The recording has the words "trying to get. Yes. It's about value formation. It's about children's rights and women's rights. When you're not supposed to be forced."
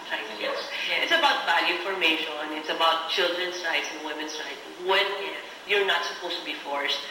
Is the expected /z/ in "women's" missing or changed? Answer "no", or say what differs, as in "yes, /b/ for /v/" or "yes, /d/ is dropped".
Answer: yes, /s/ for /z/